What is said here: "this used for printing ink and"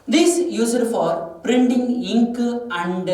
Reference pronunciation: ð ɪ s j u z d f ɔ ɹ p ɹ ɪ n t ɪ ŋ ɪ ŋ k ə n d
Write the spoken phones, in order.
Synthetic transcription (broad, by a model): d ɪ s j u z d f ɔ ɹ p ɹ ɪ n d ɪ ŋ ɪ ŋ k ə n d